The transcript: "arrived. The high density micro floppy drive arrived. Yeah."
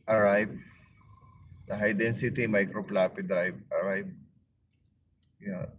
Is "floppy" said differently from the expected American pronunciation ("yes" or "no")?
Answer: yes